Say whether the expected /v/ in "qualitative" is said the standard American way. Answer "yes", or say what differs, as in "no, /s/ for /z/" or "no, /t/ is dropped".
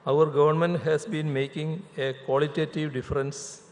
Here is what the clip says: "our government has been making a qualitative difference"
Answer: yes